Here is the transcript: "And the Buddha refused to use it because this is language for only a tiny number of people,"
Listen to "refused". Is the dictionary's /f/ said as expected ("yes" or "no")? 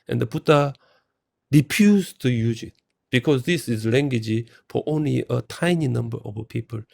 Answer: no